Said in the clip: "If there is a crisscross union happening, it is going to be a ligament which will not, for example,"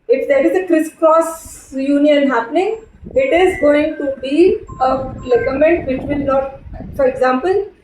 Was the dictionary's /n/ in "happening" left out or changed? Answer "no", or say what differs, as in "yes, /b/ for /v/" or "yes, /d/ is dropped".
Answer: no